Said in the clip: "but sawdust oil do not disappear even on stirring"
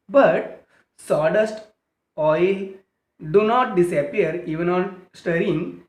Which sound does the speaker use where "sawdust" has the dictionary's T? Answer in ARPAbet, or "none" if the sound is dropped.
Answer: T